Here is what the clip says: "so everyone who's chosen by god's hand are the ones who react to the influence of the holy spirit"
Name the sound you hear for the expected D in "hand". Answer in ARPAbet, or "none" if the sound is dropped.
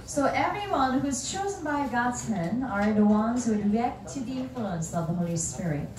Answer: none